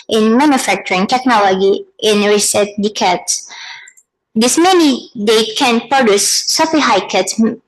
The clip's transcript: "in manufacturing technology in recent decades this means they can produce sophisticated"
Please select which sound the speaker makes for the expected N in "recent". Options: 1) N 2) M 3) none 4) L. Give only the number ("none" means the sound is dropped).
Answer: 3